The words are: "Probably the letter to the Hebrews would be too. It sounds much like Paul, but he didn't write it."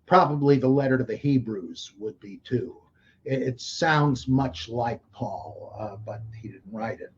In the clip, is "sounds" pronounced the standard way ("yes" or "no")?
yes